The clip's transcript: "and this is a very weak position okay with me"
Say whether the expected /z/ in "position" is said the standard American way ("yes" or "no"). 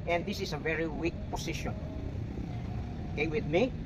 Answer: no